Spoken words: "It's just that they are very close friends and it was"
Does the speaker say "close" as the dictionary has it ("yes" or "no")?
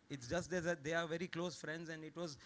yes